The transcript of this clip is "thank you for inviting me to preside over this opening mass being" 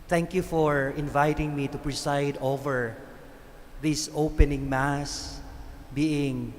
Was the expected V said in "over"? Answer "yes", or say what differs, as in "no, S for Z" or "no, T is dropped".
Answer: yes